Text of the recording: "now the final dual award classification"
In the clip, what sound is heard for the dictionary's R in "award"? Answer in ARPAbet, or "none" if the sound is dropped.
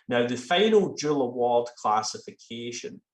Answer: L